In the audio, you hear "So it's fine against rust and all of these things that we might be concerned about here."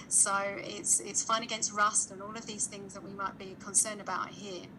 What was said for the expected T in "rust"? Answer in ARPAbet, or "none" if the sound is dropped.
T